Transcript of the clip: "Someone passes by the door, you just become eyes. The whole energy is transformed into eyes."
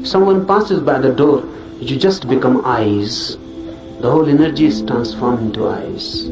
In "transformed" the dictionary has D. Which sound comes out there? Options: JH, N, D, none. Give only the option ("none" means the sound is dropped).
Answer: none